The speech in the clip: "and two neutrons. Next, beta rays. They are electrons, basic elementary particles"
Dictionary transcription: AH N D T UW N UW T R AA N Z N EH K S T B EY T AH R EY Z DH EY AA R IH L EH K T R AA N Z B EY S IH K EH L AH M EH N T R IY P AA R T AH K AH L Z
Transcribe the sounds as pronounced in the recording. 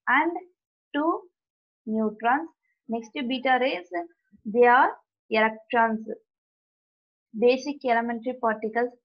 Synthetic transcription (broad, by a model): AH N D T UW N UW T R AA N S N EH K S T B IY T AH R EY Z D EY AA R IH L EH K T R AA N S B EY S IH K EH L AH M EH N T R IY P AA R T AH K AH L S